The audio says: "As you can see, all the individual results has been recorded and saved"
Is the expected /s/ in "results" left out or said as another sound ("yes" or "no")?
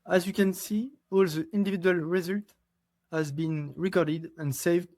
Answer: yes